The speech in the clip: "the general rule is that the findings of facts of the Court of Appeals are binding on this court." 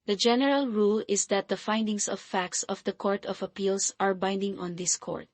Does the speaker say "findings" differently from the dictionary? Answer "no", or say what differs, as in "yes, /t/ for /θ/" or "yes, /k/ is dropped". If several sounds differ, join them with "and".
yes, /s/ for /z/